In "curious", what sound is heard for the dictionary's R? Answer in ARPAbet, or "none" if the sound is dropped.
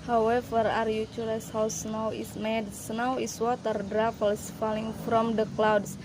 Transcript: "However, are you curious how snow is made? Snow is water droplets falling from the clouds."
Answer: L